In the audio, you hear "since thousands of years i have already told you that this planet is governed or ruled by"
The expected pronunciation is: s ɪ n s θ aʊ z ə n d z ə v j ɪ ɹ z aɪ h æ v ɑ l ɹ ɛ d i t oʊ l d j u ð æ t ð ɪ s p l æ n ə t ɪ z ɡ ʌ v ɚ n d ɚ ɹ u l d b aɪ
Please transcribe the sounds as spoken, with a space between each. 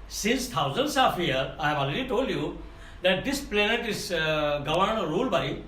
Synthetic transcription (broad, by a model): s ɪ n s t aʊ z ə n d s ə f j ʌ ɹ aɪ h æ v ɑ l ɹ ɛ d i t oʊ l d j u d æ t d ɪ s p l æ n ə t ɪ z ɡ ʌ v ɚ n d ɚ ɹ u l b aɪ